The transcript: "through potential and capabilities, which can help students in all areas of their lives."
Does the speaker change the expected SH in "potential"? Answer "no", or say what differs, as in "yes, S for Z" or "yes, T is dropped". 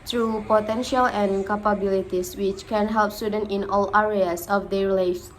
no